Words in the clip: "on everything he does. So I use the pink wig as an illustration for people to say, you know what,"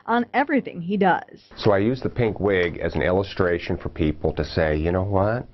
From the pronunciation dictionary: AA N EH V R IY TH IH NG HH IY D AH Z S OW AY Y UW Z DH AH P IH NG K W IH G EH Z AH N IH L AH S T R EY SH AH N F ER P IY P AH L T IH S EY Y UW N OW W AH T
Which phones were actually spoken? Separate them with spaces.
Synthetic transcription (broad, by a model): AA N EH V R IY TH IH NG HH IY D AH Z S OW AY Y UW Z DH AH P IH NG K W IH G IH Z N IH L AH S T R EY SH AH N F ER P IY P L T IH S EY Y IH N OW W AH T